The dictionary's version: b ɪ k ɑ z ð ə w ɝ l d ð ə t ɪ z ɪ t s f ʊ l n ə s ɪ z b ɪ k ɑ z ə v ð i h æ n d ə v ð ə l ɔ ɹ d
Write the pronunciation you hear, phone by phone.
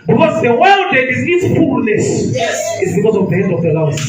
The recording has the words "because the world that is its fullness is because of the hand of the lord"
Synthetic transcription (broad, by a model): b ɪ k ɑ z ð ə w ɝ l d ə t ɪ z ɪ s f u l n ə s ɪ z b ɪ k ɑ z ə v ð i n ə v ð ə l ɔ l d